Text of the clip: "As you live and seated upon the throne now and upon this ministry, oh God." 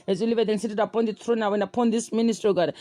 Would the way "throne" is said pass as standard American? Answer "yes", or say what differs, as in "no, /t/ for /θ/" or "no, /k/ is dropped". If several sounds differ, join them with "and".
no, /t/ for /θ/